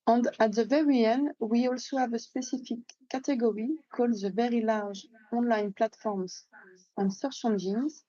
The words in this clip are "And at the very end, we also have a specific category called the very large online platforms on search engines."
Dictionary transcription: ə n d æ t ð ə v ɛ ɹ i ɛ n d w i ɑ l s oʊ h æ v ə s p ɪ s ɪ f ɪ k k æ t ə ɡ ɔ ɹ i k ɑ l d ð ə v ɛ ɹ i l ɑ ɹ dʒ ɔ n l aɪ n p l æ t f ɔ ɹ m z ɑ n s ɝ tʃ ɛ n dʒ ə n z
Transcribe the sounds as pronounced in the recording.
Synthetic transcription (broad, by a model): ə n d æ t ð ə v ɛ ɹ i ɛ n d w i ɑ l s oʊ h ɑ v ə s p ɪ s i f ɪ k k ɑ t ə ɡ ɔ ɹ i k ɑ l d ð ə v ɛ ɹ i l ɑ ɹ ʒ ɔ n l aɪ n p l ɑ t f ɔ ɹ m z ɑ n s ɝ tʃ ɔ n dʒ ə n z